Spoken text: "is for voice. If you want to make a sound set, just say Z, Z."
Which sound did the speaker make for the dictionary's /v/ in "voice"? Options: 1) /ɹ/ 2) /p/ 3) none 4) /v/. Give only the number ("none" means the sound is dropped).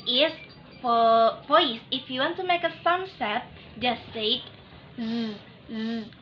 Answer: 2